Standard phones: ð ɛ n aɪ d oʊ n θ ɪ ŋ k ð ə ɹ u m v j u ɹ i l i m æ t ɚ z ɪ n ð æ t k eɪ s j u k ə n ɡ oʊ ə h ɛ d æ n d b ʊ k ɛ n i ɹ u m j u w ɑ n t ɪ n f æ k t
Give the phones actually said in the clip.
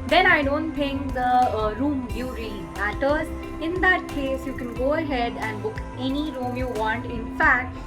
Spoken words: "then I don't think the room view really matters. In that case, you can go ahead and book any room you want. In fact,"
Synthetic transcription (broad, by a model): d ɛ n aɪ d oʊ n t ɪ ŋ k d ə ɹ u m b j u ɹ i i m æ t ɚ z ɪ n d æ t k eɪ s j u k ə n ɡ oʊ ə h ɛ d æ n d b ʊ k ɛ n i ɹ u m j u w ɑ n t ɪ n f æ k t